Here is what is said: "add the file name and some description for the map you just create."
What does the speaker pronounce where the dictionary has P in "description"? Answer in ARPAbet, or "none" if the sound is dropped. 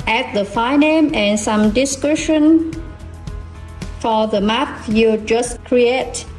none